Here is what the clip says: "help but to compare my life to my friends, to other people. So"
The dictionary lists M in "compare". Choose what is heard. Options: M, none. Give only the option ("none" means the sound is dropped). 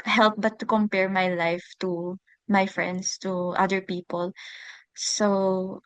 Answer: M